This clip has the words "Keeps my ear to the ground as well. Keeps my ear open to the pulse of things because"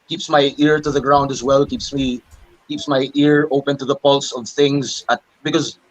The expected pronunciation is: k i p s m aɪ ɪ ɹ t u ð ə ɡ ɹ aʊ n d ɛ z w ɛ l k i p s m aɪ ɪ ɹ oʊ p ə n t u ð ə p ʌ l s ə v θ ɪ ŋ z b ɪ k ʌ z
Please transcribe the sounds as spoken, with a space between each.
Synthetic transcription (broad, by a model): k i p s m aɪ ɪ ɹ t u ð ə ɡ ɹ aʊ n d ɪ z w ɛ l k i p s m aɪ ɪ ɹ oʊ p ə n t u ð ə p ʌ l s ə v θ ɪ ŋ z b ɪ k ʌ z